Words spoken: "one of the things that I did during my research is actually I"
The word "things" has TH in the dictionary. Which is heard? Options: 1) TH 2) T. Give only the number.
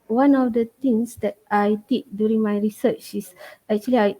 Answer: 2